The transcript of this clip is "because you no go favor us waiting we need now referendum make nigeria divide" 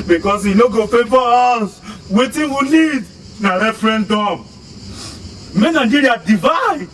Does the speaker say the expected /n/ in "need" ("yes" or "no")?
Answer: no